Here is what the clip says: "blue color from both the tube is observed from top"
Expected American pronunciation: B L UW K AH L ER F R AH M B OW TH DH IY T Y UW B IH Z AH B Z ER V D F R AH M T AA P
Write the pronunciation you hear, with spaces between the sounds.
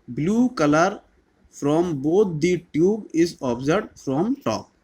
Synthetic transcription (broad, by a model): B L UW K AH L ER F R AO M B OW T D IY T Y UW B IH Z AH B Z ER D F R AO M T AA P